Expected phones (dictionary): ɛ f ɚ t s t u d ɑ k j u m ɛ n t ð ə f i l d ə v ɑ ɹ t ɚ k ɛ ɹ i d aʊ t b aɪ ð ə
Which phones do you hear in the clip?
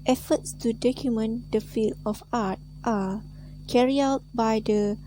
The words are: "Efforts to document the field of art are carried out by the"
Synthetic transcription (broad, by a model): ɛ f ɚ t s t u d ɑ k j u m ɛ n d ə f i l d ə f ɑ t t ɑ k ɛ ɹ i aʊ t b aɪ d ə